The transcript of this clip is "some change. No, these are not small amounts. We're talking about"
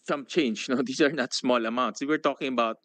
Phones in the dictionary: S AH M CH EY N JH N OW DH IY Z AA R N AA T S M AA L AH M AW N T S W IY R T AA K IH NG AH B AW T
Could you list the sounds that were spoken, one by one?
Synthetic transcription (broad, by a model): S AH M CH EY N JH N OW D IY S AA R N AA T S M AA L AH M AW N T S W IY R T AA K IH NG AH B AW T